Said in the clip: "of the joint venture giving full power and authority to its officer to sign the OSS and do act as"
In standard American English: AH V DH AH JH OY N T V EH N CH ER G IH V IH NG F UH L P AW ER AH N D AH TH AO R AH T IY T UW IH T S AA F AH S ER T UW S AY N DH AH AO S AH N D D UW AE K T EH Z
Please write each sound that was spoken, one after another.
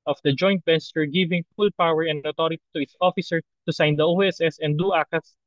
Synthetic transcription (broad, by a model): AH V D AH JH OY N T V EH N S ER G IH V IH NG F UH L P AW ER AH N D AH T AO R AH T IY T UW IH T S AA F AH S ER T UW S AY N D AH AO S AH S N D UW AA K EH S